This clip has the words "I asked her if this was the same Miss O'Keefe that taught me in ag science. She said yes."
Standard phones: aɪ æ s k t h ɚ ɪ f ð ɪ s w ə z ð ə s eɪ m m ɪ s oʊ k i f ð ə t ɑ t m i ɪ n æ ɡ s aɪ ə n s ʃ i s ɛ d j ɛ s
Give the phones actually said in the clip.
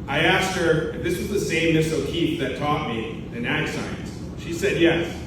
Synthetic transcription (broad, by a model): aɪ æ s k t h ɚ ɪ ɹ ð ɪ s w ə z ð ə s eɪ m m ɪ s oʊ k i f ð ə t ɑ t m i ɪ n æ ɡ s aɪ ə n s ʃ i s ɛ d j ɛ s